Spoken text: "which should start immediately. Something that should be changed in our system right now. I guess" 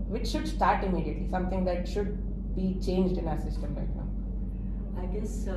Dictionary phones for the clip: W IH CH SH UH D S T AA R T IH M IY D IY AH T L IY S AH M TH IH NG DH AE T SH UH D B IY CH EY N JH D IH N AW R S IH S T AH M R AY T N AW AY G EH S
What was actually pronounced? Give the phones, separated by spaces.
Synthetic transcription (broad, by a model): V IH CH SH UH D S T AA R T IH M IY D IY AH T L IY S AH M T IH NG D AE T SH UH D B IY CH EY N JH D IH N AW R S IH S T AH M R AY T N AW AY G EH S